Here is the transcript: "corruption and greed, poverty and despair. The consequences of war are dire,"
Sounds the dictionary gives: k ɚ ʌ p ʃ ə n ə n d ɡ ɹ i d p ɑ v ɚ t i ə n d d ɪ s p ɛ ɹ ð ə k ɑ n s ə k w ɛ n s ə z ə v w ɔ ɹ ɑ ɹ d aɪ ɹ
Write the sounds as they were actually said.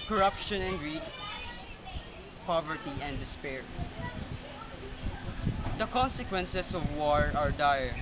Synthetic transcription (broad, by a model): k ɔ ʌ p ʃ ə n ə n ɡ ɹ i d p ɑ v ɚ t i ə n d d ɪ s p ɛ ɹ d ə k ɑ n s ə k w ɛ n s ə s ə v w ɔ ɹ ɑ ɹ d aɪ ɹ